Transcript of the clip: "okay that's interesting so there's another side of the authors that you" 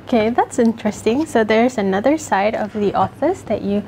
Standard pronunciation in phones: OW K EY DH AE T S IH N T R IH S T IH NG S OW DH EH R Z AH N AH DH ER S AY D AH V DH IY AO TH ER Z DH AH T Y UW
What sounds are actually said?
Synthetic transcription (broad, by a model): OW K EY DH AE T S IH N T R IH S T IH NG S OW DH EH R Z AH N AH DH ER S AY D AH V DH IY AO F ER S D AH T Y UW